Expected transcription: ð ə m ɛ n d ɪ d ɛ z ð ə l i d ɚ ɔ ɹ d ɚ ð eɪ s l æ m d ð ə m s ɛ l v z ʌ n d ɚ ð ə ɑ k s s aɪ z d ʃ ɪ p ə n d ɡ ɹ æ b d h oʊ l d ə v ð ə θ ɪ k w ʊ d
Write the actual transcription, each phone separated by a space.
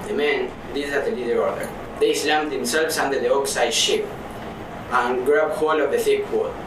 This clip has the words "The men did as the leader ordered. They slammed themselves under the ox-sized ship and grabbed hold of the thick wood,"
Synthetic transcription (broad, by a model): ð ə m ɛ n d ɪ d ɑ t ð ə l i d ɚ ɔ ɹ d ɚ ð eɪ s l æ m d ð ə m s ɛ l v s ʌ n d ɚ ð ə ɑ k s s aɪ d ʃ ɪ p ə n ɡ ɹ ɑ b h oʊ l ə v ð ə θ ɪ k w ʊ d